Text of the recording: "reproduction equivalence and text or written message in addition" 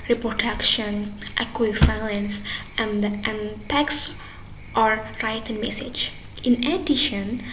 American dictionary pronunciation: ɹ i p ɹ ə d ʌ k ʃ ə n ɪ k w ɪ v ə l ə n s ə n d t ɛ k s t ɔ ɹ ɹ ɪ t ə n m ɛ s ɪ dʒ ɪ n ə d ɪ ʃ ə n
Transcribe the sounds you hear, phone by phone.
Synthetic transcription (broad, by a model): ɹ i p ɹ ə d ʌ k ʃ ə n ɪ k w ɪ f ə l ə n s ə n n t ɛ k s t ɔ ɹ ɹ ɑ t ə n m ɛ s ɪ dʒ ɪ n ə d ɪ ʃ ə n